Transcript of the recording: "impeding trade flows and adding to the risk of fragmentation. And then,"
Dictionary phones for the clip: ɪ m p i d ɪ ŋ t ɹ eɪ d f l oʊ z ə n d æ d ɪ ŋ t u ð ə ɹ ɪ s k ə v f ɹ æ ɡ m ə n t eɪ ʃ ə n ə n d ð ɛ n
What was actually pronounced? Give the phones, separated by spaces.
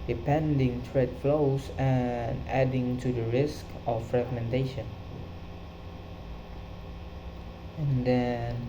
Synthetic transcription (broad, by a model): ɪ p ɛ d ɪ ŋ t ɹ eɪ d f l oʊ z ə n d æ d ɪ ŋ t u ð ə ɹ ɪ s k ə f ɹ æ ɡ m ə n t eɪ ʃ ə n ə n d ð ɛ n